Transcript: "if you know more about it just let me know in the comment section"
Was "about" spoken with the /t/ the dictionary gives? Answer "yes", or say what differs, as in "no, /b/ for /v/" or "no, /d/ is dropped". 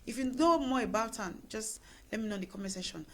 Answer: yes